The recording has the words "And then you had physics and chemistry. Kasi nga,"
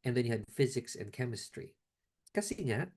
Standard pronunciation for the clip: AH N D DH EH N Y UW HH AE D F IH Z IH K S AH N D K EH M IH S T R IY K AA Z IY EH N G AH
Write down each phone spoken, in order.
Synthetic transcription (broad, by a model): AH N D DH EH N Y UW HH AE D F IH Z IH K S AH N K EH M IH S T R IY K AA S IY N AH